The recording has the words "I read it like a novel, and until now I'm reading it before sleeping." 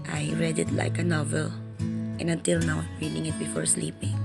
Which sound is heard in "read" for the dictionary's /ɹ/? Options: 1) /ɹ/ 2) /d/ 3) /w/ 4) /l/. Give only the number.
1